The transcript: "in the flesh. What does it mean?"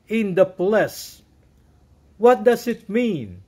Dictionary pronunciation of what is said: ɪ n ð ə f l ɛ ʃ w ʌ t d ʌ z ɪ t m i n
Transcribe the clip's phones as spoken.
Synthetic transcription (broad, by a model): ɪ n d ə p l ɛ s w ʌ t d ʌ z ɪ t m i n